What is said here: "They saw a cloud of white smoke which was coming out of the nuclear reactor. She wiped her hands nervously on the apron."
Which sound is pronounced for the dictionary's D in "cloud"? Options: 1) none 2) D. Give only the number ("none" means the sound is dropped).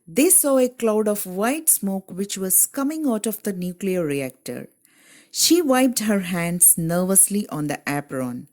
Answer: 2